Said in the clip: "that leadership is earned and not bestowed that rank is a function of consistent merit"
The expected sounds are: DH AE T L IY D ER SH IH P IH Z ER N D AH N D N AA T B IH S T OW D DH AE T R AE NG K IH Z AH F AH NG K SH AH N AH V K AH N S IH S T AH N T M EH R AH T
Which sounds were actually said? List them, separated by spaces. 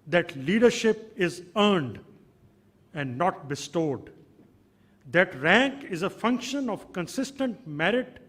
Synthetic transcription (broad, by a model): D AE T L IY D ER SH IH P IH Z ER N D AH N D N AA T B IH S T OW D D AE T R AE NG K IH Z AH F AH NG K SH AH N AH V K AH N S IH S T AH N T M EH R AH T